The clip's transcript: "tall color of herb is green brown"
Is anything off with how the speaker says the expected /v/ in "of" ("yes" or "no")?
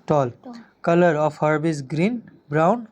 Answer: yes